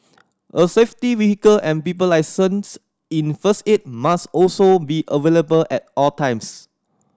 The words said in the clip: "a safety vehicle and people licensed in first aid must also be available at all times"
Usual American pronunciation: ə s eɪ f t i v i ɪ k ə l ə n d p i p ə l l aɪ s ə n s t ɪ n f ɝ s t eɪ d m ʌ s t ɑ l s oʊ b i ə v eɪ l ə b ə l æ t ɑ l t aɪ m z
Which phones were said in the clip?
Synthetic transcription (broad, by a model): ə s eɪ f t i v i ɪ k ə l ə n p i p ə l l aɪ s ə n s ɪ n f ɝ s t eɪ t m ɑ s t ɑ l s oʊ b i ə v eɪ l ə b ə l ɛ t ɑ l t aɪ m s